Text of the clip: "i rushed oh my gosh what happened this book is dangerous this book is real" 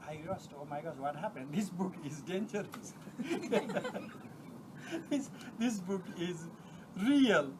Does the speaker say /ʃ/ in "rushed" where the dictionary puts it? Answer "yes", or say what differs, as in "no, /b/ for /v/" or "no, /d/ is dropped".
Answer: no, /s/ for /ʃ/